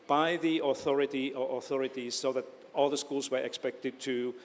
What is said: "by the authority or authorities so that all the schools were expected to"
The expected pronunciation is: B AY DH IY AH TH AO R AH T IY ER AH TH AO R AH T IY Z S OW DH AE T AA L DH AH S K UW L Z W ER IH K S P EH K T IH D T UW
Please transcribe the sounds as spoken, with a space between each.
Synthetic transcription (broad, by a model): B AY DH IY AH TH AO R AH T IY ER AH TH AO R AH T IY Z S OW DH AE T AA L DH AH S K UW L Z W ER IH K S P EH K T IH D T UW